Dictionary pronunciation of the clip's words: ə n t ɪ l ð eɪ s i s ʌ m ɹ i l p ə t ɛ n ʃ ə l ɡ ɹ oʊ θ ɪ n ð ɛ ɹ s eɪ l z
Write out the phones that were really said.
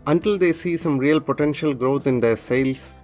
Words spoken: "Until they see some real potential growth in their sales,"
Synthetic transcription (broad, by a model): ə n t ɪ l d eɪ s i s ʌ m ɹ i l p ə t ɛ n ʃ ə l ɡ ɹ oʊ t ɪ n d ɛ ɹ s eɪ l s